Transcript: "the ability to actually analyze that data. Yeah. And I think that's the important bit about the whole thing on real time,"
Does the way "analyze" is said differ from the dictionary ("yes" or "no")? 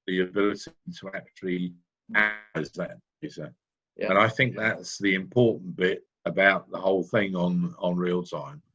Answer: yes